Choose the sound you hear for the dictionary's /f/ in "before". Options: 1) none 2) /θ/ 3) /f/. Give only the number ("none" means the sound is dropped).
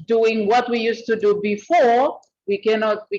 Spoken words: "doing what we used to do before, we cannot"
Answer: 3